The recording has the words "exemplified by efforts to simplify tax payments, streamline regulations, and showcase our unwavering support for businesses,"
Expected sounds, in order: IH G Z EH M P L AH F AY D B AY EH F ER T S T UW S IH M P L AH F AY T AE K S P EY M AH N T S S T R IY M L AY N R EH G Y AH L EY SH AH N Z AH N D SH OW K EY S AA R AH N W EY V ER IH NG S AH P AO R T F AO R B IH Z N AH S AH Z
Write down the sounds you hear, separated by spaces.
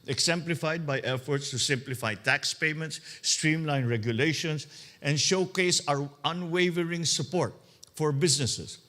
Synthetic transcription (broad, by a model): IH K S EH M P L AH F AY D B AY EH F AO T S T UW S IH M P L AH F AY T AE K S P EY M AH N T S S T R IY M L AY N R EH G Y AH L EY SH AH N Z AH N D SH OW K EY S AA R AH N W EY V ER IH NG S AH P AO R T F AO R B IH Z N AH S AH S